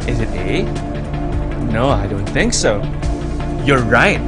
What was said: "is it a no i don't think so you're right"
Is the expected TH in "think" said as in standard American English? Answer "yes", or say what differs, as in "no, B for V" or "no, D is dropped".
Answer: yes